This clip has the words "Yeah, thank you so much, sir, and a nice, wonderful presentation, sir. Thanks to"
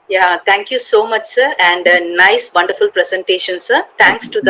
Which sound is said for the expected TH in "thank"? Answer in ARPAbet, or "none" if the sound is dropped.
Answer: T